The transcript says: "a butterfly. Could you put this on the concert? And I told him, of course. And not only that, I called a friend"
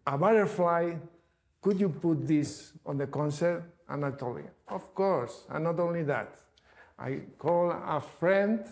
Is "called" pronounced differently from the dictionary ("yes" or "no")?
yes